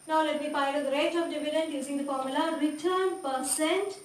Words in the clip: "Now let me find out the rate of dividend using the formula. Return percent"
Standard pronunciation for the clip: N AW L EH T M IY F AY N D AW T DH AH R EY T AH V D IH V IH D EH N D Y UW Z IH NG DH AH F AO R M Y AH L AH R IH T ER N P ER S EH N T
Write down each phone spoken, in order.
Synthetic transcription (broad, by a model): N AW L EH T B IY P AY D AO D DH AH R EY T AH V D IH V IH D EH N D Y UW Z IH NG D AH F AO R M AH L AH R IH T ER N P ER S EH N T